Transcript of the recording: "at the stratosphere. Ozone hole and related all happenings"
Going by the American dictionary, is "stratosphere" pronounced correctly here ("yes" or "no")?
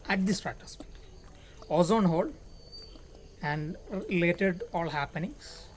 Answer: no